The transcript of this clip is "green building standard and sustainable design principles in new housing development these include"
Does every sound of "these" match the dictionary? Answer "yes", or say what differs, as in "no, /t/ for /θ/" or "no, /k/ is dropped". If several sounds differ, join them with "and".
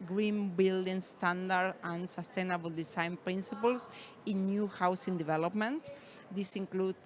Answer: no, /s/ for /z/